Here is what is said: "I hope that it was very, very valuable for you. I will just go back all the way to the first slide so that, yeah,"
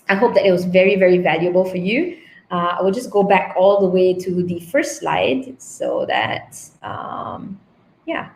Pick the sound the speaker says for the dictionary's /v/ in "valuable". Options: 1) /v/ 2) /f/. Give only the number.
1